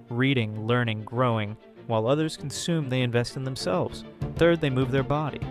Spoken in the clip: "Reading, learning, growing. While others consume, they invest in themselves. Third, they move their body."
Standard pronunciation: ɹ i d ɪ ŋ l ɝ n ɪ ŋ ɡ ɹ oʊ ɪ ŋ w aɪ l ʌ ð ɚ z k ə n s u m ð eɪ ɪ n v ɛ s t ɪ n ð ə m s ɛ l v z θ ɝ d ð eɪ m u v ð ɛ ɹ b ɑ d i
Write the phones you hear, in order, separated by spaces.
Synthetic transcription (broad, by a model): ɹ i d ɪ ŋ l ɝ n ɪ ŋ ɡ ɹ oʊ ɪ ŋ w aɪ l ʌ ð ɚ z k n s u m ð eɪ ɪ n v ɛ s t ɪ n ð ə m s ɛ l v z θ ɝ d ð eɪ m u v ð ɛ ɹ b ɑ d i